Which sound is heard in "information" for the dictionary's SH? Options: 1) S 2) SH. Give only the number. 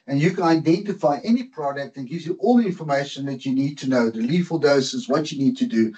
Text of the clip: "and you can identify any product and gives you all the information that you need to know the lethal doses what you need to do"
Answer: 2